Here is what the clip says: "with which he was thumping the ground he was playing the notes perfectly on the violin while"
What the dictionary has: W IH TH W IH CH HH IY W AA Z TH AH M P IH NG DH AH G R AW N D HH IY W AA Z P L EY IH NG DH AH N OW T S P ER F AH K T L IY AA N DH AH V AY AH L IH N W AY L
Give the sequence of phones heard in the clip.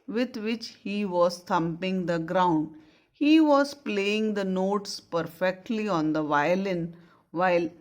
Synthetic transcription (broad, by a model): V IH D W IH CH HH IY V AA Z T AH M P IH NG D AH G R AW N D HH IY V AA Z P L EY IH NG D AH N OW T S P ER F AH K T L IY AA N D AH V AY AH L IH N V AY L